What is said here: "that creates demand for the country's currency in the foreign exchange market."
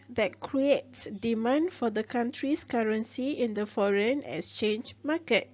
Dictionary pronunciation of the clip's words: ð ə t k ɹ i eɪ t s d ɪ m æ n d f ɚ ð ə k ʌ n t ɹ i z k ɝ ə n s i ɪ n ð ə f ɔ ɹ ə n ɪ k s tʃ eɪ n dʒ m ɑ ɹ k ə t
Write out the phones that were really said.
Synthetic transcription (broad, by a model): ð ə t k ɹ i eɪ t s d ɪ m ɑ n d f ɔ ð ə k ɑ n t ɹ i s k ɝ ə n s i ɪ n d ə f ɔ ɹ ə n ɪ k s tʃ eɪ n dʒ m ɑ k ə t